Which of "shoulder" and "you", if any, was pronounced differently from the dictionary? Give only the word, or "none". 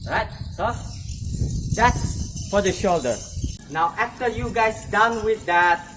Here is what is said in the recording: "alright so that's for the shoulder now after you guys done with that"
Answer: none